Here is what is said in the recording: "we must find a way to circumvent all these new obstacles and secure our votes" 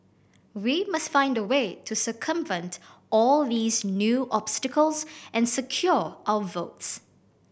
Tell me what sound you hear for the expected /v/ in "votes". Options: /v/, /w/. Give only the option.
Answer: /v/